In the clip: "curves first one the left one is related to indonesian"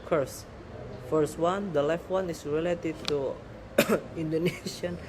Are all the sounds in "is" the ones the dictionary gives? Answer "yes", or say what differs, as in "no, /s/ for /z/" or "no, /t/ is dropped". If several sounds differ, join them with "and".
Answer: no, /s/ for /z/